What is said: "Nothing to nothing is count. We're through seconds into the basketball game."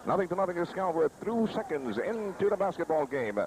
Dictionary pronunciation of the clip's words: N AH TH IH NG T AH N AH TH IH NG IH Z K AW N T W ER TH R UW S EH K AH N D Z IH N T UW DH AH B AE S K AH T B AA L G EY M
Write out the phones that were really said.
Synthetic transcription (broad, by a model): N AH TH IH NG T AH N AH TH IH NG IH S K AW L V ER TH R UW S EH K AH N D Z IH N T UW DH AH B AE S K AH T B AA L G EY M